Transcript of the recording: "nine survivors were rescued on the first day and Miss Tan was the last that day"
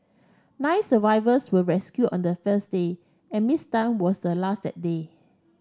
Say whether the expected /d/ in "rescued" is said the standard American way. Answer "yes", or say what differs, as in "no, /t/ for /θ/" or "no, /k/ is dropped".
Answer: no, /d/ is dropped